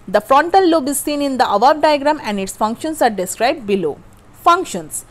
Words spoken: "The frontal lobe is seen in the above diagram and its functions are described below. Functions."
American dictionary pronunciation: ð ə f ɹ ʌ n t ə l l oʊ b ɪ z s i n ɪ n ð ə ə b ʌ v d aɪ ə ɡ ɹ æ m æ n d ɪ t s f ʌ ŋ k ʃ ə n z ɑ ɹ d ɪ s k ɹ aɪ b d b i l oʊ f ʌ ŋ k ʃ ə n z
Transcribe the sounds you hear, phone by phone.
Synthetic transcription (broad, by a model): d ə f ɹ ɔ n t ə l l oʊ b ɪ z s i n ɪ n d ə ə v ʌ b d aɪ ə ɡ ɹ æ m æ n d ɪ t s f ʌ ŋ k ʃ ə n s ɑ ɹ d ɪ s k ɹ aɪ b d b i l oʊ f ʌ ŋ k ʃ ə n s